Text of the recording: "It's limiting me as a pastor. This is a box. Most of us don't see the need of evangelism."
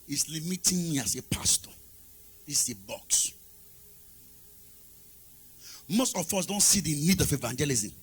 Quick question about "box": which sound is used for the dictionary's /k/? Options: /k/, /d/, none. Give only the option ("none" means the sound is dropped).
/k/